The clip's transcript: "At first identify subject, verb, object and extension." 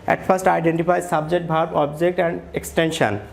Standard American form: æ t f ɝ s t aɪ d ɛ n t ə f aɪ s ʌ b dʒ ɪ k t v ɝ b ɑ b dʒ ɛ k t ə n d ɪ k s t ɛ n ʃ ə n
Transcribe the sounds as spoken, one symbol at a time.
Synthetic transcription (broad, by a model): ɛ t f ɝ s t aɪ d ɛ n t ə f aɪ s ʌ b dʒ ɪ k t b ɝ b ɑ b dʒ ɛ k t ə n d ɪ k s t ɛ n ʃ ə n